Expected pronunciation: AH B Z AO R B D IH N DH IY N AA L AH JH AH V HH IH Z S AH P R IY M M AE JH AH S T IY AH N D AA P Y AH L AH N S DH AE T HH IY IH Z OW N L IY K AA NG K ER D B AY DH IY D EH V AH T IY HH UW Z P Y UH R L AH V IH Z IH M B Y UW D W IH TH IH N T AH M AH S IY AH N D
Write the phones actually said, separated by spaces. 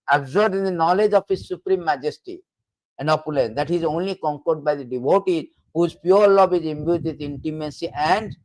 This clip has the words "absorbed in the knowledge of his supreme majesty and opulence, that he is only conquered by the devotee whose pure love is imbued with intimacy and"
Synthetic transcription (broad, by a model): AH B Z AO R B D IH N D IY N AA L AH JH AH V HH IH Z S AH P R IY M M AE JH AH S T IY AH N D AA P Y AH L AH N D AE T HH IY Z OW N L IY K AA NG K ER D B AY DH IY D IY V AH T IY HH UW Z P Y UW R L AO B IH Z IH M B Y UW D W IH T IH N T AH M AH S IY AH N D